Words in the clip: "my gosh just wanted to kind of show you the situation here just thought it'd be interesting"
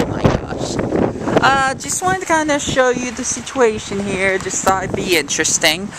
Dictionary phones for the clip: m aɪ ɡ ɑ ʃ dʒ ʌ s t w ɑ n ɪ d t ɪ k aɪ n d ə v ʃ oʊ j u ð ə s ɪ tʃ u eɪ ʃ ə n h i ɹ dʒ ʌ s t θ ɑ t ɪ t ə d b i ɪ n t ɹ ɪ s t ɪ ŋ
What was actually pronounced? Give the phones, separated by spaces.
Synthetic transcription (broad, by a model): m aɪ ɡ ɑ ʃ dʒ ʌ s t w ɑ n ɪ t ɪ k aɪ n d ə ʃ oʊ j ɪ ð ə s ɪ tʃ u eɪ ʃ ə n h i ɹ dʒ ʌ s t s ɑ ɪ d b i ɪ n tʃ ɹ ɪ s t ɪ ŋ